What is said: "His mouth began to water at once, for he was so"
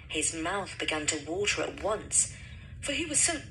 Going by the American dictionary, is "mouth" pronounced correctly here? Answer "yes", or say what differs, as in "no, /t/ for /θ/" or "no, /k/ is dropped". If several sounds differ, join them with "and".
yes